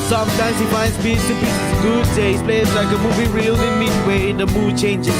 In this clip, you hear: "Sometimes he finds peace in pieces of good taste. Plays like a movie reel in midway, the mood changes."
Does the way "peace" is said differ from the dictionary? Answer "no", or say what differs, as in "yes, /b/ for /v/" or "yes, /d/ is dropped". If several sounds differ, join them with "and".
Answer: yes, /b/ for /p/